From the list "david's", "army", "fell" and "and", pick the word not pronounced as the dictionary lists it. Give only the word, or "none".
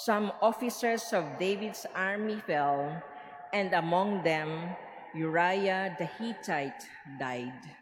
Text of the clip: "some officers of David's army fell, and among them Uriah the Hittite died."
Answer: david's